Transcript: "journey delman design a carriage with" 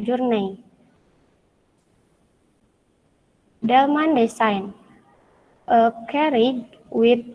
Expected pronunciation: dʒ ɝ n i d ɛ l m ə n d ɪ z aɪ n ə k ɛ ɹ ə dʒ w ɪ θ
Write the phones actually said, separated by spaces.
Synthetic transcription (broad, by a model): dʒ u n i d ɛ l m ə n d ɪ s aɪ n ə k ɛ ɹ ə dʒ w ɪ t